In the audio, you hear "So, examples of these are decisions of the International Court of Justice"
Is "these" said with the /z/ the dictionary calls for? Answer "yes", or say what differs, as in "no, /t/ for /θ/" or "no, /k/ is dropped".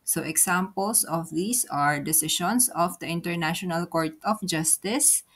no, /s/ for /z/